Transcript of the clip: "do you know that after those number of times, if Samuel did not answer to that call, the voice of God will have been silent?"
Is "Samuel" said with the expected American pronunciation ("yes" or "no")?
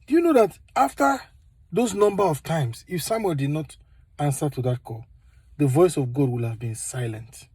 no